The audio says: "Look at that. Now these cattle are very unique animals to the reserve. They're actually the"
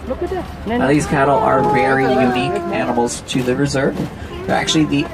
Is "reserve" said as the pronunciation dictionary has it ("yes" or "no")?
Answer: yes